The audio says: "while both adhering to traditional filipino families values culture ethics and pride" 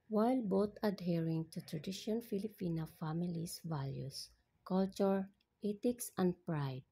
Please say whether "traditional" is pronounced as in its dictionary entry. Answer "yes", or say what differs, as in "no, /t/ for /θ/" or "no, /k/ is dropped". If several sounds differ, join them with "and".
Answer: no, /n/ is dropped and /n/ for /l/